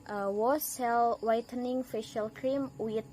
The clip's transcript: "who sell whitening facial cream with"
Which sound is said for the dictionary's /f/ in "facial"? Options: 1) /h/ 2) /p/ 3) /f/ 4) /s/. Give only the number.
3